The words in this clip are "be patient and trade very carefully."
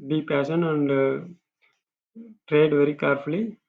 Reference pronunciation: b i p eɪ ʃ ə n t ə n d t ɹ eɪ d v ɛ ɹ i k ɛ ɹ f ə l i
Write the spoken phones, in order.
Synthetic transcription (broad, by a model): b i p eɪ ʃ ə n ə n d t ɹ eɪ d v ɛ ɹ i k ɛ ɹ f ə l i